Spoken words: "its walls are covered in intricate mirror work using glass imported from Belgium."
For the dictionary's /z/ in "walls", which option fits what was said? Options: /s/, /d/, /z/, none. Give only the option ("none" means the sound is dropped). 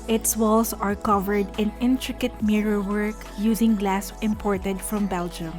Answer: /s/